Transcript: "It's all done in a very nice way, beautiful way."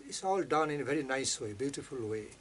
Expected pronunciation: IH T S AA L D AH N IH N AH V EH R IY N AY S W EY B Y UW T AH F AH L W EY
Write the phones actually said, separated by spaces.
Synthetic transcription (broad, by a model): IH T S AA L D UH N IH N AH V EH R IY N AY S W EY B Y UW T AH F AH L W EY